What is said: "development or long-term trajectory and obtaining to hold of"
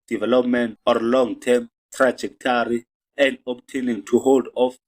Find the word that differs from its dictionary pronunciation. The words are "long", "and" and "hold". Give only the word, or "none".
none